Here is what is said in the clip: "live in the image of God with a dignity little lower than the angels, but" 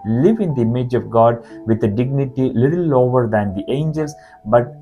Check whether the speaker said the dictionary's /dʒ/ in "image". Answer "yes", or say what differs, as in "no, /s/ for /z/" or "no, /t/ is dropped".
yes